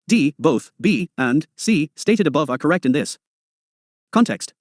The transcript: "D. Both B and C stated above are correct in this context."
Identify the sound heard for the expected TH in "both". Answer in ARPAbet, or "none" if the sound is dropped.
TH